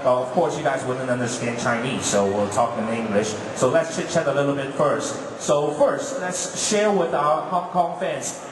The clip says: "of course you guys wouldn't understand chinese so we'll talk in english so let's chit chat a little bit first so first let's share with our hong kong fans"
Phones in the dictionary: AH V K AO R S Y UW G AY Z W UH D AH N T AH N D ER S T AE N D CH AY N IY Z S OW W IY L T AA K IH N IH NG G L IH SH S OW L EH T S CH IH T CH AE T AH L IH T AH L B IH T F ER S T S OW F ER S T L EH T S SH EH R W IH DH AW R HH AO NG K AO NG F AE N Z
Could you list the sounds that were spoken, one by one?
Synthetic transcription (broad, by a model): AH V K AO R S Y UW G AY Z W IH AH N AH N D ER S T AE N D CH AY N IY Z S OW W IY L T AA K IH N IH NG G L IH SH S OW L EH T S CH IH CH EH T AH L IH T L B IH T F ER S T S OW F ER S T L EH T S SH EH R W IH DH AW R HH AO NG K AO NG F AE N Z